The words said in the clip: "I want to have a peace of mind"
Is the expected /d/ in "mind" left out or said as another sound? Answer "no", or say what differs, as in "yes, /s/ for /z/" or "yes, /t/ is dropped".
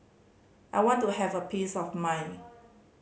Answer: yes, /d/ is dropped